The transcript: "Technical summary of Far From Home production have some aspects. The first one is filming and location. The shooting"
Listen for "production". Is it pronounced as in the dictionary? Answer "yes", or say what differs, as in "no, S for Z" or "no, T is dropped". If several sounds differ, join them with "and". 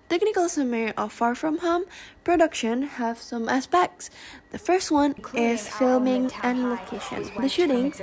yes